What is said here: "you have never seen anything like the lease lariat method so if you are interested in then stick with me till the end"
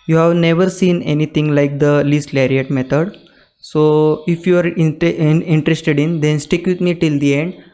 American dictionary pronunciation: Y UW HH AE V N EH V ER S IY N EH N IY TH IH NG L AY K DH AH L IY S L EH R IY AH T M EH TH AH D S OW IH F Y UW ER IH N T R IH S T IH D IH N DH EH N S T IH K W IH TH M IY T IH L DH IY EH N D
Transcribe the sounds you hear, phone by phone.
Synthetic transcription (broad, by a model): Y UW HH AE V N EH V ER S IY N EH N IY T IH NG L AY K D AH L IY S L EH R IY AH T M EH T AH D S OW IH F Y UW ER IH N T R IH S T IH D IH N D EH N S T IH K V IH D M IY T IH L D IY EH N D